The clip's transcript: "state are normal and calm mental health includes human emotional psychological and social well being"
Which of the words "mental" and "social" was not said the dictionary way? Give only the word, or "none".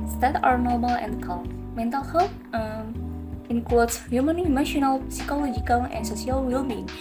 social